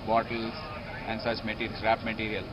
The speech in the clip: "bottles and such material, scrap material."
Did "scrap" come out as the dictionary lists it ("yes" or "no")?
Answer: no